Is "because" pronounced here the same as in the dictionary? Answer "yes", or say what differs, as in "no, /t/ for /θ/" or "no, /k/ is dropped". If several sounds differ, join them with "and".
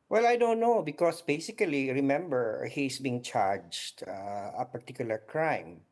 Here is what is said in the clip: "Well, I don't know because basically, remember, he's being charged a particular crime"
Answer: no, /s/ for /z/